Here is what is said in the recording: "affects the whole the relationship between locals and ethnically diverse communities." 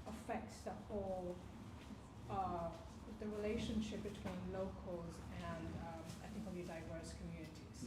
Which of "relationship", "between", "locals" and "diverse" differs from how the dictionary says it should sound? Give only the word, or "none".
none